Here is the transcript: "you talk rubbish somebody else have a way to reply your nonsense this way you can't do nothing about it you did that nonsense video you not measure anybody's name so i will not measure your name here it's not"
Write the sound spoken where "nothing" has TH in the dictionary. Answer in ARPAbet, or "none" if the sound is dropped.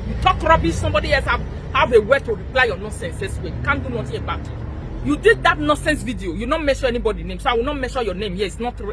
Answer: T